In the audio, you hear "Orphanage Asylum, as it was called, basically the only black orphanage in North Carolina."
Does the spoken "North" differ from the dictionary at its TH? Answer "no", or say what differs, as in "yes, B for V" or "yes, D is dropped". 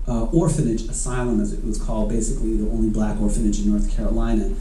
no